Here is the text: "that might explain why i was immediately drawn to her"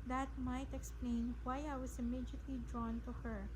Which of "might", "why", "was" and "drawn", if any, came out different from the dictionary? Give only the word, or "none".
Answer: was